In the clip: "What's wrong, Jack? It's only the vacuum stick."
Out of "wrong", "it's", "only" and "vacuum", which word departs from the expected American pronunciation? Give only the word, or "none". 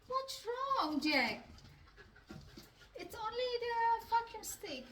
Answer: vacuum